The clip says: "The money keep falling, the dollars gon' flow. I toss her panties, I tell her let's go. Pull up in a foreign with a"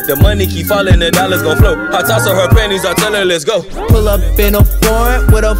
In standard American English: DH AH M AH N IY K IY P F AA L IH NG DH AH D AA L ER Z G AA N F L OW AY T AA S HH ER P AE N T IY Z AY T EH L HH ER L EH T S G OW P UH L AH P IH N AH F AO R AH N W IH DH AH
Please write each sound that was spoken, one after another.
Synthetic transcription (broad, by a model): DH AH M AH N IY K IY P F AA L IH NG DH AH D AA L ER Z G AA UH F L OW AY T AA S HH ER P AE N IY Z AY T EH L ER L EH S G OW P UH L AH P IH N AH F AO R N W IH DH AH